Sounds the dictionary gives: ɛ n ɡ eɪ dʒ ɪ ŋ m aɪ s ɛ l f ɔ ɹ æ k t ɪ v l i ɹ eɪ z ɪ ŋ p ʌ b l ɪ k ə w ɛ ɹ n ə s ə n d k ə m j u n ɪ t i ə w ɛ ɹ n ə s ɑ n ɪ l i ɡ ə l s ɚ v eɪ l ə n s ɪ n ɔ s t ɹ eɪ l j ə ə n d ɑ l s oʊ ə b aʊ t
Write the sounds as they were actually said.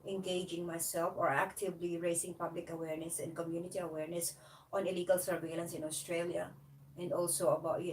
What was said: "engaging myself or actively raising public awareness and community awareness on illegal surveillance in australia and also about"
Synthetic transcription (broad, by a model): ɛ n ɡ eɪ dʒ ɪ ŋ m aɪ s ɛ l f ɔ ɹ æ k t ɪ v l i ɹ eɪ s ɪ ŋ p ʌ b l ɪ k ə w ɛ ɹ n ə s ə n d k ə m j u n ɪ t i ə w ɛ ɹ n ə s ɑ n ɪ l i ɡ ə l s ɚ v eɪ l ə n s ɪ n ɔ s t ɹ eɪ l j ə ə n d ɑ l s oʊ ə b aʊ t